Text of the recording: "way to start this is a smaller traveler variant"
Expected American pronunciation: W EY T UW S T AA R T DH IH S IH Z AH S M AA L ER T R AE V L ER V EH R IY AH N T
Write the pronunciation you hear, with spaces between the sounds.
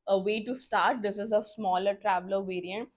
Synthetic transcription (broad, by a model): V EY T UW S T AA R T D IH S IH Z AH S M AA L ER T R AE V L ER V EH R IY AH N T